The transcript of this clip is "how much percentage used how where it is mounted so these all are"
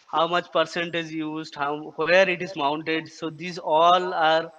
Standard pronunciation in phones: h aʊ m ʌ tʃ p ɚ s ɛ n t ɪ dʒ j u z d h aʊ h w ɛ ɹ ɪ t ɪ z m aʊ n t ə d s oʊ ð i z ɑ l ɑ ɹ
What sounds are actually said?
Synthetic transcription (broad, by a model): h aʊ m ʌ tʃ p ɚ s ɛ n t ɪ z j u z d h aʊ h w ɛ ɹ ɪ t ɪ z m aʊ n t ə d s oʊ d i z ɑ l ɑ ɹ